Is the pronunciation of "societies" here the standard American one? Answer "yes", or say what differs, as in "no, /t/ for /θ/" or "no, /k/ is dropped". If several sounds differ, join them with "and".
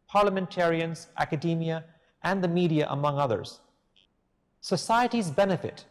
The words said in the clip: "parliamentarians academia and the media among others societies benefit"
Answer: yes